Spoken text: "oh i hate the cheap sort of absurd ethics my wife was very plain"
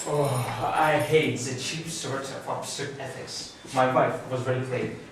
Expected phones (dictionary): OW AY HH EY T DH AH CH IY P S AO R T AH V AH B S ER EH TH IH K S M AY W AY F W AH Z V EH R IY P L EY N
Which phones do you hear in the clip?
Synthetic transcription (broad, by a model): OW AY HH EY T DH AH CH IY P S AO R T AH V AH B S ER EH TH IH K S M AY W AY F W AH Z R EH L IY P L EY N